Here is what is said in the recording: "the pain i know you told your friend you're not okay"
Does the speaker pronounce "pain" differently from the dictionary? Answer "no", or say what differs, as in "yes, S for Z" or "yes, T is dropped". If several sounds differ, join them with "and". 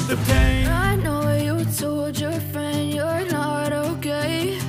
yes, N is dropped